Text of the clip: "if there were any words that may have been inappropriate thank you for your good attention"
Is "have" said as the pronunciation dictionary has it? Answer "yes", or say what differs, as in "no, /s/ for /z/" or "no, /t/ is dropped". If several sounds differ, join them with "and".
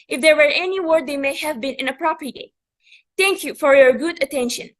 yes